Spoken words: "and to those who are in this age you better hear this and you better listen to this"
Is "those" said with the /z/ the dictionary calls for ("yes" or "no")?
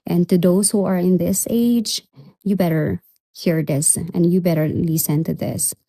no